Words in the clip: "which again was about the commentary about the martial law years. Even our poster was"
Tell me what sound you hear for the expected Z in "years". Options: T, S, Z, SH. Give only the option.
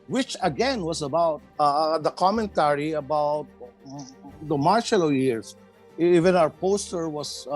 S